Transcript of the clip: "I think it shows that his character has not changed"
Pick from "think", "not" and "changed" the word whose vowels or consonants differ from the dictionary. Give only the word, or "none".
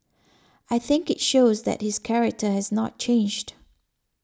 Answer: none